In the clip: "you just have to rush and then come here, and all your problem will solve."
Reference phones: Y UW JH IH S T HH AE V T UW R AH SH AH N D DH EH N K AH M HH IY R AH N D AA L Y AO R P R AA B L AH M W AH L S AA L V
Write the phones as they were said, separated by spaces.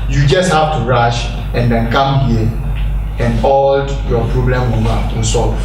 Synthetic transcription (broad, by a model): Y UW JH IH S T HH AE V T UW R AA SH AH N D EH N K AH M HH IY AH N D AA L Y AO P R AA B L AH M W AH N S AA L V